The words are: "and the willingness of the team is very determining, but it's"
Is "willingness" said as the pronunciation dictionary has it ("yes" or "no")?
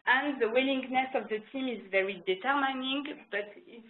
yes